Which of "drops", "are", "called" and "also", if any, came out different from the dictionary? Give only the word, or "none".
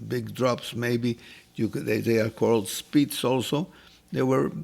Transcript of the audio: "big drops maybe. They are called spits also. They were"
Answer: none